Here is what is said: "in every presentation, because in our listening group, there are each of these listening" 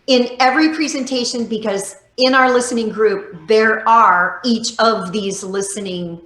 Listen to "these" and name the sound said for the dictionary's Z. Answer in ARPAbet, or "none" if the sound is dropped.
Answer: Z